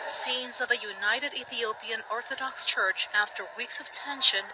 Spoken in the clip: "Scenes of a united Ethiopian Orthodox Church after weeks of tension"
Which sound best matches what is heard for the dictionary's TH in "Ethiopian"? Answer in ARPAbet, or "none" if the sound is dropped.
TH